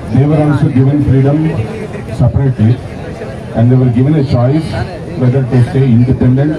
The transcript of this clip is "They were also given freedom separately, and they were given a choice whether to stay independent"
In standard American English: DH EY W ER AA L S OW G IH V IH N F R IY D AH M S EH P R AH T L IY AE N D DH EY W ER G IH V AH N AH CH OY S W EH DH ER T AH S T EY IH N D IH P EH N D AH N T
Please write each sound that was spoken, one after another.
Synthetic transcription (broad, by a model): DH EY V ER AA N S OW G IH V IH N F R IY D AH M S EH P R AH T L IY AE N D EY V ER G IH V AH N AH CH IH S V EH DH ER T AH S T EY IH N D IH P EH N D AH N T